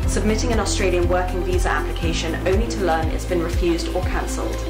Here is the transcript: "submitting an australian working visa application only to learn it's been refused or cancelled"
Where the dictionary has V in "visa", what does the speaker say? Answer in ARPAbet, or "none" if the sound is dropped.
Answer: V